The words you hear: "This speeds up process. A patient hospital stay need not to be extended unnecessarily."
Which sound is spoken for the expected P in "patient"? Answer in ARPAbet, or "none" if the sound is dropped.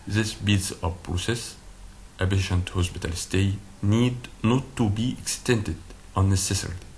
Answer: B